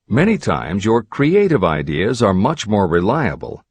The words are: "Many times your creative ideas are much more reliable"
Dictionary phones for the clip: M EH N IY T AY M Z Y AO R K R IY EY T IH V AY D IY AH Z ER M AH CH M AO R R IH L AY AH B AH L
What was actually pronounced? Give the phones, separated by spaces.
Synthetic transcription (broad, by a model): M EH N IY T AY M Z Y AO R K R IY EY T IH V AY D IY AH Z ER M AH CH M AO R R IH L AY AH B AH L